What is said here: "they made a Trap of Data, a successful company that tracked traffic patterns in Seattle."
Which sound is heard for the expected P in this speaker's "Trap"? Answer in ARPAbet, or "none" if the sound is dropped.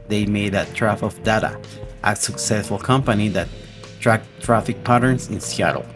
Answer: F